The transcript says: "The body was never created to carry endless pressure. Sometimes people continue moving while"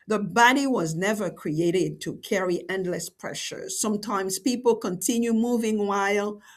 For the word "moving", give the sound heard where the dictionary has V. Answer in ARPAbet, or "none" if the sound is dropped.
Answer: V